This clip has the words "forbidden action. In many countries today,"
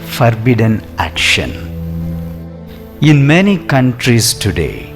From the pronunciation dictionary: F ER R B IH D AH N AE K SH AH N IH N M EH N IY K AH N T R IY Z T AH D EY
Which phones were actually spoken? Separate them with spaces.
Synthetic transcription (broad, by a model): F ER R B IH D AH N AE K SH AH N IH N M EH N IY K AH N T R IY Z T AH D EY